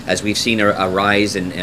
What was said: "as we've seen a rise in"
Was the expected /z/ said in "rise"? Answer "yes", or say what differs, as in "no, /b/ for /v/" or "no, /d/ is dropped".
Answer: yes